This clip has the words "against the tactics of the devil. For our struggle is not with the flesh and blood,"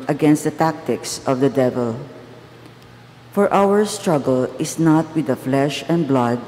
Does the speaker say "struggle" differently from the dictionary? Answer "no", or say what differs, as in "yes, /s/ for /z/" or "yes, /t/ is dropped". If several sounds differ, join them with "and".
no